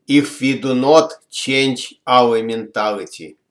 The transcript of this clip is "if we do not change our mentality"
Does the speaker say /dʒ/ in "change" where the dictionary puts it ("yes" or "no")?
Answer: no